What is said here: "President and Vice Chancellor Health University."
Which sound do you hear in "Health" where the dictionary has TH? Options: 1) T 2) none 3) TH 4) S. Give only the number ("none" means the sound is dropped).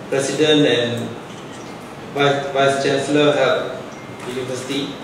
1